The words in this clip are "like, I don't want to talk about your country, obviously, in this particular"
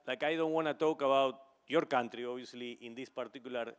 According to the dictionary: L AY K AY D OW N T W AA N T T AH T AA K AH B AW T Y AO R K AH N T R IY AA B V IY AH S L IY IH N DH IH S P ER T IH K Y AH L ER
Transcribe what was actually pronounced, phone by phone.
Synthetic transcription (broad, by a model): L AY K AY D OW N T W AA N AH T AA K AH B AW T Y AO R K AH N T R IY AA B IY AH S L IY IH N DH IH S P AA T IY K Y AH L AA